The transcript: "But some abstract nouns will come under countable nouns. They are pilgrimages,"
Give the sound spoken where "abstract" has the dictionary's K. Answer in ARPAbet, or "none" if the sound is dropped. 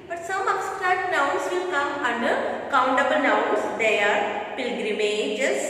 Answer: none